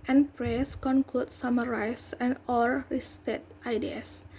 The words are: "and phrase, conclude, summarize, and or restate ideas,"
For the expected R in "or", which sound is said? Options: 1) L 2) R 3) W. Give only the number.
1